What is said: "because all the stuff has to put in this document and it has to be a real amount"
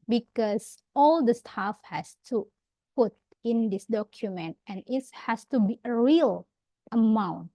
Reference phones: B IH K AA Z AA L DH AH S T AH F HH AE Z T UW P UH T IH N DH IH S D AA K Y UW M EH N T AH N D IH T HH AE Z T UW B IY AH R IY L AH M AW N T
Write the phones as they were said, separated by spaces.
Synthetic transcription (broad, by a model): B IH K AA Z AA L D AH S T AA F HH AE S T UW P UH T IH N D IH S D AA K Y UW M EH N T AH N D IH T HH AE S T UW B IY AH R IY L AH M AW N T